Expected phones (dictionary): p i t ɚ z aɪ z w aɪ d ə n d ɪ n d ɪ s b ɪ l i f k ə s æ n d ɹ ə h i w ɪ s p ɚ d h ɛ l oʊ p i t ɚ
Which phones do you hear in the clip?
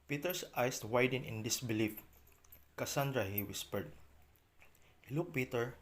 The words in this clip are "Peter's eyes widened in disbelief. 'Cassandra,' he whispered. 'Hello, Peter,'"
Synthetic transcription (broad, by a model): p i t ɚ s aɪ s w aɪ d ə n ɪ n d ɪ s b ɪ l i f k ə s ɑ n d ɹ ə h i w ɪ s p ɚ d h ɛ l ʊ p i t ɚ